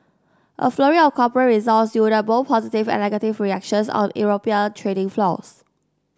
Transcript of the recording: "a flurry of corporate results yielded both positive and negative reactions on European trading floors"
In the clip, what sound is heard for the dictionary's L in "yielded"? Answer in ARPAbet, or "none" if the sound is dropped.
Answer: none